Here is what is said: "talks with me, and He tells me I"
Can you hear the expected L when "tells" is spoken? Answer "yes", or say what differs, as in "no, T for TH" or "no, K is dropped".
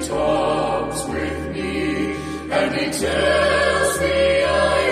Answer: no, L is dropped